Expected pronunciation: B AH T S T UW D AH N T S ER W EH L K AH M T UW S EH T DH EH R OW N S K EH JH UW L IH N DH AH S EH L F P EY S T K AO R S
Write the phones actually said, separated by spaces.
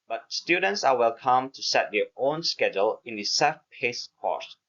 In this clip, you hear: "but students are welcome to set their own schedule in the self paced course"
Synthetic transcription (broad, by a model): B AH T S T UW D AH N T S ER W EH L K AH M T UW S EH T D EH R OW N S K EH JH UW L IH N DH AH S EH F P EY S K AO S